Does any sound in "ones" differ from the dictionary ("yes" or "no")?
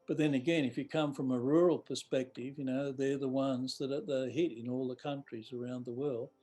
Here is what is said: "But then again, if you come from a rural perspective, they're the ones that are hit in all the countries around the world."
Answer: no